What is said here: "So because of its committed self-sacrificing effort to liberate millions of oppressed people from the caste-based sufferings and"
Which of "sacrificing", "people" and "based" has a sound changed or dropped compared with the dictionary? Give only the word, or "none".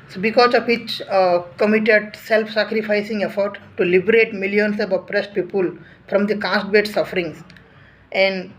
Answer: based